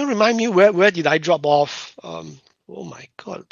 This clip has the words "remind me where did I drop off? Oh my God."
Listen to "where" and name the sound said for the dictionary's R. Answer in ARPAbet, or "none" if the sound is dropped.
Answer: W